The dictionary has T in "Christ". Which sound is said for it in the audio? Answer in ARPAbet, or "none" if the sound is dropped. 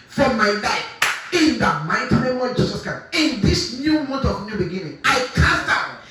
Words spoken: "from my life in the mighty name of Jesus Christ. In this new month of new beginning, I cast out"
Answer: none